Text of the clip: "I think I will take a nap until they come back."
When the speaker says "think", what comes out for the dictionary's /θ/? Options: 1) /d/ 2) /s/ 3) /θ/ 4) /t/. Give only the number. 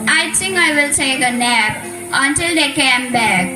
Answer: 4